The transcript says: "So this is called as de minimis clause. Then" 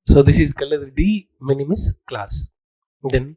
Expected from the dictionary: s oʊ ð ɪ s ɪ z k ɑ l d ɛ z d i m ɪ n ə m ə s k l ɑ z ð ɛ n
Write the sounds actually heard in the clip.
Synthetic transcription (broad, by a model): s oʊ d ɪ s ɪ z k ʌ l ʌ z d i m ɪ n ə m ə s k l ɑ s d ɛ n